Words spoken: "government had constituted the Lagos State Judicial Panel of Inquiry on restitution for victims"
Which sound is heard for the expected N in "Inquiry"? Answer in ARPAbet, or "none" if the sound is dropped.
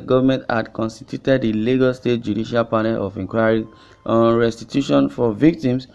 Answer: none